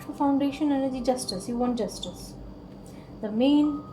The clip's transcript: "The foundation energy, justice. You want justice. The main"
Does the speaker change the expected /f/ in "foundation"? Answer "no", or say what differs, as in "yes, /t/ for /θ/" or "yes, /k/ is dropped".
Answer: no